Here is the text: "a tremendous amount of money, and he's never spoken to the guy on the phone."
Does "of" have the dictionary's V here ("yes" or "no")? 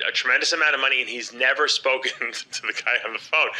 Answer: yes